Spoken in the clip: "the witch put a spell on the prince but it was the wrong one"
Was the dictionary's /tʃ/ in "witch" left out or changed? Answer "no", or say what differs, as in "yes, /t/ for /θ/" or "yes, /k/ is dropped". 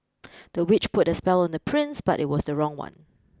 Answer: no